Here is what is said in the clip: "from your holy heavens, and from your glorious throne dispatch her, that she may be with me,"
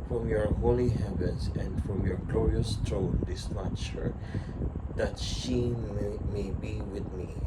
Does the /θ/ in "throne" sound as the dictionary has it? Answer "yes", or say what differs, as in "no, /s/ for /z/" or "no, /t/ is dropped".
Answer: no, /t/ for /θ/